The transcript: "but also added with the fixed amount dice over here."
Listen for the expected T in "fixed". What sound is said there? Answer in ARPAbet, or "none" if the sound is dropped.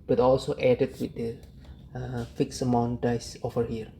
none